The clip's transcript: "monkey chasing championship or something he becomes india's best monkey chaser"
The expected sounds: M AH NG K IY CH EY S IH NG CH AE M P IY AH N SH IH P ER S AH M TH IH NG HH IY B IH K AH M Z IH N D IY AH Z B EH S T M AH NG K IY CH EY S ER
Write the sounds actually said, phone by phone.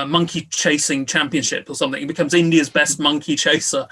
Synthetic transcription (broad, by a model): M AH NG K IY CH EY S IH NG CH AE M P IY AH N SH IH P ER S AH M TH IH NG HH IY B IH K AH M Z IH N D IY AH Z B EH S T M AH NG K IY CH EY S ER